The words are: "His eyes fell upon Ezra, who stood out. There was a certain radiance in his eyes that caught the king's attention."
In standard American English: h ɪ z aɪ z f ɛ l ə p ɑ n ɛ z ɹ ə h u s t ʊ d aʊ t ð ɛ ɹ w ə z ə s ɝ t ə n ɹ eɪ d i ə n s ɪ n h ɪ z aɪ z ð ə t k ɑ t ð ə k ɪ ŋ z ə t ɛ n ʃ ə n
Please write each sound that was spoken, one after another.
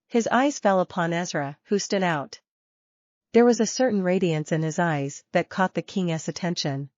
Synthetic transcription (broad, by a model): h ɪ z aɪ z f ɛ l ə p ɑ n ɛ z ɹ ə h u s t ʊ d aʊ t ð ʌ ɹ w ə z ə s ɝ t n ɹ eɪ d i ə n s ɪ n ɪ z aɪ z ð ə t k ɑ t ð ə k ɪ ŋ s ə t ɛ n ʃ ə n